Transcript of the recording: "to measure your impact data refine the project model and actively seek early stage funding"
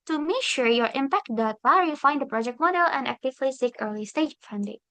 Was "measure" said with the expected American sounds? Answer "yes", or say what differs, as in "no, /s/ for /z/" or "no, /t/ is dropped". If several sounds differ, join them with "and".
no, /ʃ/ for /ʒ/